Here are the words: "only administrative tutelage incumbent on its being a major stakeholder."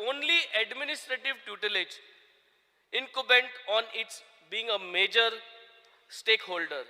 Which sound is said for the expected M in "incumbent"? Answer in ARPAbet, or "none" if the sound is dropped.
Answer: none